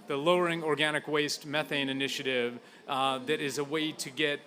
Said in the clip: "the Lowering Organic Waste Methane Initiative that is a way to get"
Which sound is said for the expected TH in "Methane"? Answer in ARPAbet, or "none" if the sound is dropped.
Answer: TH